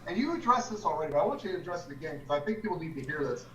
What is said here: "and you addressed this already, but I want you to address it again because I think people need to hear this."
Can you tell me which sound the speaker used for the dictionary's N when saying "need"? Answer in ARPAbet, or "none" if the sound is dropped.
L